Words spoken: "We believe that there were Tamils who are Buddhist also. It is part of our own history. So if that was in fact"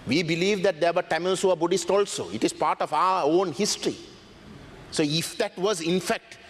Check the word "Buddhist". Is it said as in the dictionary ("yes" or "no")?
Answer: yes